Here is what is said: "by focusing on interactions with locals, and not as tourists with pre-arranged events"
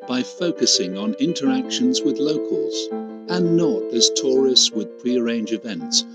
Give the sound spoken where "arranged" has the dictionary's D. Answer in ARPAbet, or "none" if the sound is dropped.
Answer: none